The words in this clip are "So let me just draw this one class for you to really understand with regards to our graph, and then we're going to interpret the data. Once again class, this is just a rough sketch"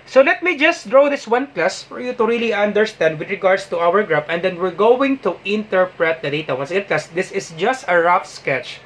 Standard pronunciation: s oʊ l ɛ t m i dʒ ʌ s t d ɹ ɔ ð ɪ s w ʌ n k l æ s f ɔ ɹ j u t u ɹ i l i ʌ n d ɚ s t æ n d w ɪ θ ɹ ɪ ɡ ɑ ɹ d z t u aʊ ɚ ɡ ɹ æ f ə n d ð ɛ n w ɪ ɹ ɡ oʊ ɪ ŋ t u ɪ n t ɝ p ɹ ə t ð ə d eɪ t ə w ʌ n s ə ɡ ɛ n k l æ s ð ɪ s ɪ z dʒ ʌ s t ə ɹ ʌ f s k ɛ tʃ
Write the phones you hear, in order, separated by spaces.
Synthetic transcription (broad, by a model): s oʊ l ɛ t m i dʒ ʌ s t d ɹ ɔ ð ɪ s w ʌ n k l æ s f ɔ ɹ j u t u ɹ i l i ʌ n d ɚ s t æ n d w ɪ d ɹ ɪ ɡ ɑ ɹ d s t u aʊ ɚ ɡ ɹ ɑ p ə n d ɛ n w ɪ ɹ ɡ oʊ ɪ ŋ t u ɪ n t ɝ p ɹ ə t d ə d eɪ t ə w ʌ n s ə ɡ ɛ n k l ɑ s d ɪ s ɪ s dʒ ʌ s t ə ɹ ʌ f s k ɛ tʃ